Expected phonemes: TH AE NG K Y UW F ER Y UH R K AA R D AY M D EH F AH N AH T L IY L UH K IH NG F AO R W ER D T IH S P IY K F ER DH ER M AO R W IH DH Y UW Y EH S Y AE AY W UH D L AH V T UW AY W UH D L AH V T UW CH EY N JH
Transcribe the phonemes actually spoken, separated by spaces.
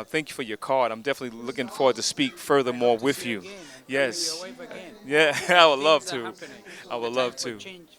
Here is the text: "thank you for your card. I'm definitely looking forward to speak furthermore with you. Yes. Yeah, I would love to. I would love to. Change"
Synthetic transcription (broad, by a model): TH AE NG K Y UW F ER Y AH R K AA R D AY M D EH F AH N AH T L IY L UH K IH NG F AO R W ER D T IH S P IY K F ER DH ER M AO R W IH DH Y UW Y EH S Y AE AY W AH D L AH V T UW AY W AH D L AH V T UW